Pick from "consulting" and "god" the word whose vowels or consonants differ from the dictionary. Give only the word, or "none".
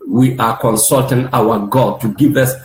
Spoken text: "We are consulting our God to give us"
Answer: none